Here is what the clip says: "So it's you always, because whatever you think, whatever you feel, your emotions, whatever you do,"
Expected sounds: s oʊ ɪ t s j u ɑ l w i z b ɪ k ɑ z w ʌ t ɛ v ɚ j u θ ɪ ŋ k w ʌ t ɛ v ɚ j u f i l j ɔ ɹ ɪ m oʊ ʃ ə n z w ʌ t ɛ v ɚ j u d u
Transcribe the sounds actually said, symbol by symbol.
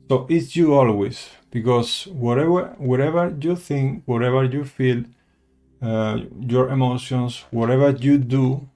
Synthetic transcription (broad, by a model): s oʊ ɪ t s j u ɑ l w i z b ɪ k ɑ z w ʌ t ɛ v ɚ j u θ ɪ ŋ k w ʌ t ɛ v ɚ j u f i l j ɔ ɹ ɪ m oʊ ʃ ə n s w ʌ t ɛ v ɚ j u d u